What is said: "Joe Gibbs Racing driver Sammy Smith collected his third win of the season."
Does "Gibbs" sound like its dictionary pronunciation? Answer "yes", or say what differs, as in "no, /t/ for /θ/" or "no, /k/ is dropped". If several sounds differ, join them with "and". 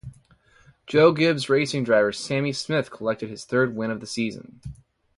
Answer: yes